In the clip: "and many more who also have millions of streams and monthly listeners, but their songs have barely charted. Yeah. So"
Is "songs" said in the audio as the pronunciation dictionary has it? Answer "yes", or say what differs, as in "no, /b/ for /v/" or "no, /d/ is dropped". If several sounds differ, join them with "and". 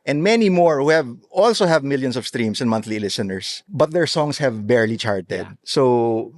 no, /s/ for /z/